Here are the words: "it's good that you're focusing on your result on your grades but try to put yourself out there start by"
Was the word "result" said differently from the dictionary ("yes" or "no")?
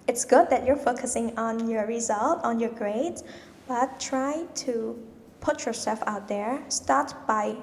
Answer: no